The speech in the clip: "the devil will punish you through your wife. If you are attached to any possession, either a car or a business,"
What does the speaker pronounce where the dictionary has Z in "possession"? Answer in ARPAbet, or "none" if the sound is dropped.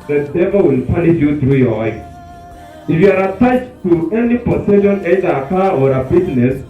S